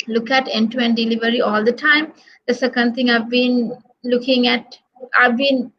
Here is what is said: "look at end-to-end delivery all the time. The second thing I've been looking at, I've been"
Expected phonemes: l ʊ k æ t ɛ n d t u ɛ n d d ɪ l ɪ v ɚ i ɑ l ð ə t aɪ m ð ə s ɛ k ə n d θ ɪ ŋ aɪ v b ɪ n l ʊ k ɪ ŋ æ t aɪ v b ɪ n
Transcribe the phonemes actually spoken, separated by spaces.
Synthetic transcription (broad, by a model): l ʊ k æ t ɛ n t u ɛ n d d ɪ l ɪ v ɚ i ɑ l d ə t aɪ m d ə s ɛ k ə n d t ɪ ŋ aɪ v b ɪ n l ʊ k ɪ ŋ æ t aɪ v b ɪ n